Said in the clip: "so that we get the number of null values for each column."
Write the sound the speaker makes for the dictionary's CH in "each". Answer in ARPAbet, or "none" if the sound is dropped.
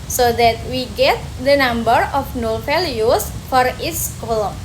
S